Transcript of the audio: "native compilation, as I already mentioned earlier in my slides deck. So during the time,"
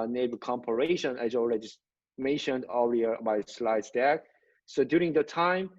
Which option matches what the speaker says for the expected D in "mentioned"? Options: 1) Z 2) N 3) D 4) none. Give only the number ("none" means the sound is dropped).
3